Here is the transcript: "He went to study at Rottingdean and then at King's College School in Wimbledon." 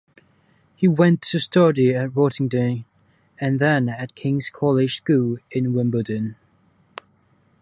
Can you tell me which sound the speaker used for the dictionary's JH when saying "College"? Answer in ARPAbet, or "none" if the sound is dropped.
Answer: ZH